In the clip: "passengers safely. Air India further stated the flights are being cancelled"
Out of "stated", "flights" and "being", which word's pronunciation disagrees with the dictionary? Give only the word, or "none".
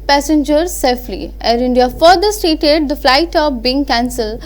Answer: flights